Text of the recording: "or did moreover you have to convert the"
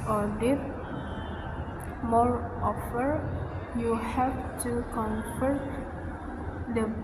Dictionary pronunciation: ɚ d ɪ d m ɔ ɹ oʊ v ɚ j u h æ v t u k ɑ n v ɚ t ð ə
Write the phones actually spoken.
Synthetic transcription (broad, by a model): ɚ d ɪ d m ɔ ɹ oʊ f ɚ j u h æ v t u k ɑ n f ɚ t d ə